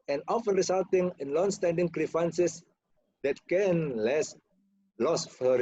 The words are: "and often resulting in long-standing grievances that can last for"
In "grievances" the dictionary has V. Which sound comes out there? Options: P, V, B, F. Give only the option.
F